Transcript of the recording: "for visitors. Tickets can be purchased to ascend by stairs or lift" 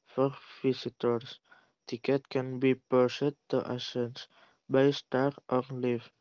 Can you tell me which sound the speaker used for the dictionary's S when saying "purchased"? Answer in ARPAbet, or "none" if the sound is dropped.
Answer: none